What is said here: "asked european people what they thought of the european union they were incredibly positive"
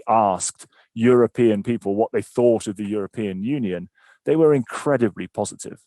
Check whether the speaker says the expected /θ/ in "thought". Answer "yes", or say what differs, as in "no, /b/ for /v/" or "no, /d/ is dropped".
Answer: yes